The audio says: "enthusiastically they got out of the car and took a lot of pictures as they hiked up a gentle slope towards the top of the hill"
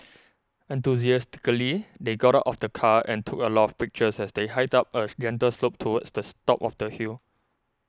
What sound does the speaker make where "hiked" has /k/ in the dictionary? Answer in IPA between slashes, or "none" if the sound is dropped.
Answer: none